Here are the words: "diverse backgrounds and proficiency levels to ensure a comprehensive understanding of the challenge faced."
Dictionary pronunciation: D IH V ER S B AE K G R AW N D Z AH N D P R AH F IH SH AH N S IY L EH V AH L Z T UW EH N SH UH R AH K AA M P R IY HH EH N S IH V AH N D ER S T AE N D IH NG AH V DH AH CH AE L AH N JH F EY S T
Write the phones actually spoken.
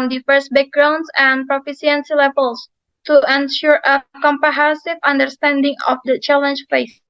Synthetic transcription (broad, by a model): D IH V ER S B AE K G R AW N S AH N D P R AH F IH S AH N S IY L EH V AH L S T UW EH N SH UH R AH K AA M P IY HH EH S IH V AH N D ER S T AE N D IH NG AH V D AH CH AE L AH N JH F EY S